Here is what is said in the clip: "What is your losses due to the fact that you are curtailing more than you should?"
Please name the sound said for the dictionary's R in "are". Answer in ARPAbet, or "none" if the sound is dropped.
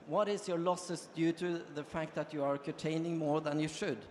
R